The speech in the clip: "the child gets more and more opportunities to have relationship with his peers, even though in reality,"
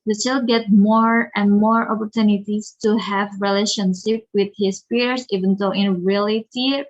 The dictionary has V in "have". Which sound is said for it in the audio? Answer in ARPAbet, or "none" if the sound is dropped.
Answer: V